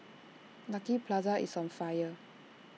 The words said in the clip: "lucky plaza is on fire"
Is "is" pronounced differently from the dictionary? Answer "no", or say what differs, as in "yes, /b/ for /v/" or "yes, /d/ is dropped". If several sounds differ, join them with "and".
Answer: yes, /s/ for /z/